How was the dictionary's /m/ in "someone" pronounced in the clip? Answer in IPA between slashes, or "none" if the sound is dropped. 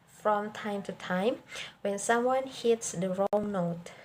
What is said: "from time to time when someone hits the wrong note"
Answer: /m/